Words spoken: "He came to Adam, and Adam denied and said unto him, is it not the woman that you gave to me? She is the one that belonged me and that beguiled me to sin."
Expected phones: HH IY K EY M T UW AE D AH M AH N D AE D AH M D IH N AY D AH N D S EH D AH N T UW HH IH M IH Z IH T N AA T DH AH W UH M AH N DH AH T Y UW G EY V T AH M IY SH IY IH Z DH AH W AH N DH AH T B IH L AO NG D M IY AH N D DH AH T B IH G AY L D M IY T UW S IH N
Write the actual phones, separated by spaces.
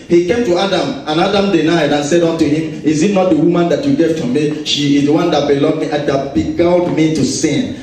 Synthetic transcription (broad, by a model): HH IY K EY M T UW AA D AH M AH N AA D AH M D IH N AY D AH N S EH D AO N T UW HH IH M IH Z IH T N AA T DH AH W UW M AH N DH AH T Y UW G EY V T AH M IY SH IY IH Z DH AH W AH N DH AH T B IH L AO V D M IY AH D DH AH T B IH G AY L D M IY T UW S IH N